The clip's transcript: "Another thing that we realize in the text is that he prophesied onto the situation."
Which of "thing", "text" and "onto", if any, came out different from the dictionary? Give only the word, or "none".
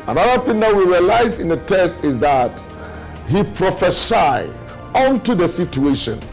text